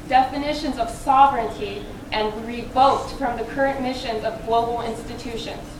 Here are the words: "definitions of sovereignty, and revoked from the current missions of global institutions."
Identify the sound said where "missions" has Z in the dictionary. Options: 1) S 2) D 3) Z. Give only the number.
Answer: 3